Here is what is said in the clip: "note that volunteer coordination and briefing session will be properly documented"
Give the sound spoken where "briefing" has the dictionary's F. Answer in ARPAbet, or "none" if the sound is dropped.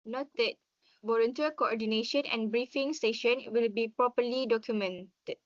F